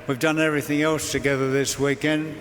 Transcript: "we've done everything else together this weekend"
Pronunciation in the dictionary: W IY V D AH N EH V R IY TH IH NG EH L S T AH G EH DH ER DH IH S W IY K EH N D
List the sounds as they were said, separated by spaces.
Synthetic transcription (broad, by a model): W IY V D AH N EH V R IY TH IH NG EH L S T AH G EH DH ER DH IH S W IY K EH N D